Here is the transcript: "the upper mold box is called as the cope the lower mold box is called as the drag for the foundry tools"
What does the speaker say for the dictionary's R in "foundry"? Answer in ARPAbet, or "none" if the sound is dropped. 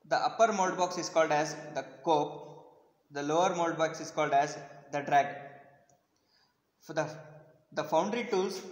R